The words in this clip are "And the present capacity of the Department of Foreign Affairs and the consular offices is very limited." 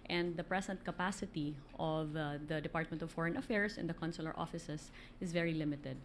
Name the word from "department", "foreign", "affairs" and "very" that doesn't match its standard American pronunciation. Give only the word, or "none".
affairs